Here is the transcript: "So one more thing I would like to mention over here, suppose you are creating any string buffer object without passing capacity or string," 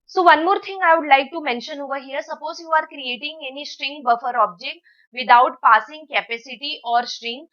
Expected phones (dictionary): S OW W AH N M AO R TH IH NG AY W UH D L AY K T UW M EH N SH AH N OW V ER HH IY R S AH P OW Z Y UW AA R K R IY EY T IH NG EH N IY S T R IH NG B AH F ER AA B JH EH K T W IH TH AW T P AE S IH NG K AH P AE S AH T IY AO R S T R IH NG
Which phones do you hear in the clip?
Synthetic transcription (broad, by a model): S OW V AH N M AO R T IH NG AY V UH D L AY K T UW M EH N SH AH N OW V ER HH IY R S AH P OW Z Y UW AA R K R IY EY T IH NG EH N IY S T R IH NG B AH F ER AA B JH EH K T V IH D AW T P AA S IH NG K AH P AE S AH T IY AO R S T R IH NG